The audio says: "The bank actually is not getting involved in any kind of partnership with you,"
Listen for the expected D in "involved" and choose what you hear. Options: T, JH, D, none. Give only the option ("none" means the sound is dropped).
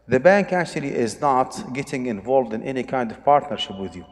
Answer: D